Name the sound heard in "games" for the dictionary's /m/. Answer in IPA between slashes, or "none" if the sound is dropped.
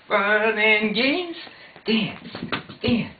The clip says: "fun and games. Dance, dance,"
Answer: none